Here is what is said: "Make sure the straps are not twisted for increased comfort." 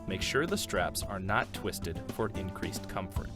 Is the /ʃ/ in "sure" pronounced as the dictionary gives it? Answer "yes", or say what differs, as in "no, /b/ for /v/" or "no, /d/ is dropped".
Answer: yes